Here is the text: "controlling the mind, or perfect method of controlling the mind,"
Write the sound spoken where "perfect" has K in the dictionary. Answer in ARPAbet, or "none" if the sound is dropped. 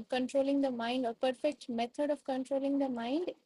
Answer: K